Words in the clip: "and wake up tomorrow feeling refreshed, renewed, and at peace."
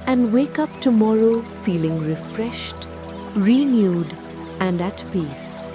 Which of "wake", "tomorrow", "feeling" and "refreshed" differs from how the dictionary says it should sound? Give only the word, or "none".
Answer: none